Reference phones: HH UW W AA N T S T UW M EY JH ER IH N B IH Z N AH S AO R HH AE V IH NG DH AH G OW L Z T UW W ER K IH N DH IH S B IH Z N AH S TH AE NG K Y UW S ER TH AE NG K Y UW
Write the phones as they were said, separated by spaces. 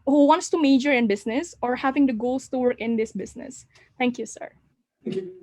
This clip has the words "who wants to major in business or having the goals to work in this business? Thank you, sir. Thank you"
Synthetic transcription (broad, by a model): HH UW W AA N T S T UW M EY JH ER IH N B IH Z N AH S AO R HH AE V IH NG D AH G OW L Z T UW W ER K IH N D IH S B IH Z N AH S T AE NG K Y UW S ER